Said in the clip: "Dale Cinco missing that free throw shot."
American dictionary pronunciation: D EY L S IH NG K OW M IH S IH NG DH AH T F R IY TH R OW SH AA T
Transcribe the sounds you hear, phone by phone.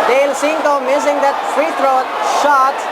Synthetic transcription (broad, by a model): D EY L S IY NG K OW M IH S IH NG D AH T F R IY T R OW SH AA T